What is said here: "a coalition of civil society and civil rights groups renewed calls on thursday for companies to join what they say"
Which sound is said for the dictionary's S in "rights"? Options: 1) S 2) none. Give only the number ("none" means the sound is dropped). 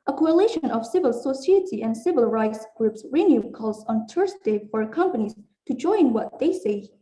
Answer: 1